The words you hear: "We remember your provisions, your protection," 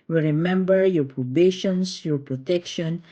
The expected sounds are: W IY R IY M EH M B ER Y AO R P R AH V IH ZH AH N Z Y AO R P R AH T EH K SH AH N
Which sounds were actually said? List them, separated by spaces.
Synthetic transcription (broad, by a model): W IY R IY M EH M B ER Y AO R P R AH B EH SH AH N S Y AO R P R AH T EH K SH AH N